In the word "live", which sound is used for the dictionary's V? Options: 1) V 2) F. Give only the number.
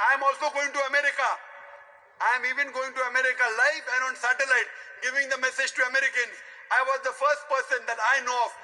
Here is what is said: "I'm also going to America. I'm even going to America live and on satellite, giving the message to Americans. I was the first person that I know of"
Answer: 2